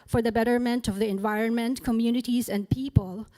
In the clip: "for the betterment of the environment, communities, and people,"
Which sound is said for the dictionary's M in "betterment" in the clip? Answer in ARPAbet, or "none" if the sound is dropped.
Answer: M